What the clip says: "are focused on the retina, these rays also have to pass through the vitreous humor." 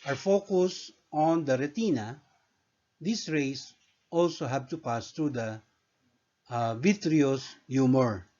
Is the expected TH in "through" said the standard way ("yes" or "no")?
no